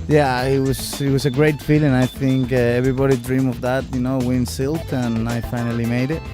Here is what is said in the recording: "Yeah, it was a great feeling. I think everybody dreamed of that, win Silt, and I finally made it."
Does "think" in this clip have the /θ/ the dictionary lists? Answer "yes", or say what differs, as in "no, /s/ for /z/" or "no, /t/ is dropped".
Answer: yes